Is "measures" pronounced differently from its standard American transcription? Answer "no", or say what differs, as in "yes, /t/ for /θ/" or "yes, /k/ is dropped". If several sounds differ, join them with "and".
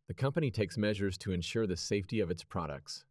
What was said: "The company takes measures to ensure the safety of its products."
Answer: no